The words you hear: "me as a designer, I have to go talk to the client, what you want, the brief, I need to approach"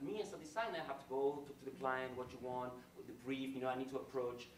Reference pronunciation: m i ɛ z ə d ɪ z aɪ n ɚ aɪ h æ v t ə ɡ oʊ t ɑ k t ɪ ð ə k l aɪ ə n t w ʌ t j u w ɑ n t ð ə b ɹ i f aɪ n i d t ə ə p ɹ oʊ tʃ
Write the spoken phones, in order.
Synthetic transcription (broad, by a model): m i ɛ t ə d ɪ s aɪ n aɪ h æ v t ə ɡ oʊ t ɑ k t ɪ ð ə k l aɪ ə n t w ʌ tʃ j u w ɑ n t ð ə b ɹ i f aɪ n i d t ə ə p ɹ oʊ tʃ